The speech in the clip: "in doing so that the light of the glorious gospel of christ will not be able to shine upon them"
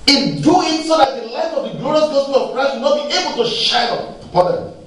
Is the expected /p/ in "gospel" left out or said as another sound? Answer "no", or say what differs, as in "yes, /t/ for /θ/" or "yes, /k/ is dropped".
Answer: yes, /p/ is dropped